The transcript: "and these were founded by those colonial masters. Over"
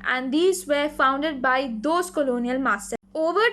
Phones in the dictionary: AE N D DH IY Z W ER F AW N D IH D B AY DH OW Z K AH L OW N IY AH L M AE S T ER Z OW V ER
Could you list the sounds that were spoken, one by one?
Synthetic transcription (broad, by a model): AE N D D IY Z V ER F AW N D IH D B AY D OW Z K AH L OW N IY AH L M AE S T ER OW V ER